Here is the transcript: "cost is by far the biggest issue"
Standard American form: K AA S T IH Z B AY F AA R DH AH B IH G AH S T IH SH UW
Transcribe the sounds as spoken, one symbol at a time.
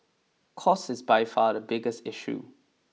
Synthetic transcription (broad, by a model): K AA S IH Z B AY F AA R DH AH B IH G AH S T IH SH UW